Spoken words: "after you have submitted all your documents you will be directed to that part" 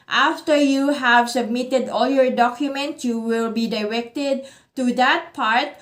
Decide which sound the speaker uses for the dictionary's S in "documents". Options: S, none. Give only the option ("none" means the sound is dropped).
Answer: none